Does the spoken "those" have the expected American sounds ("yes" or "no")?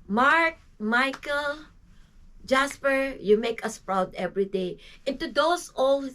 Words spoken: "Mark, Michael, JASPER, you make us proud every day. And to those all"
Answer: no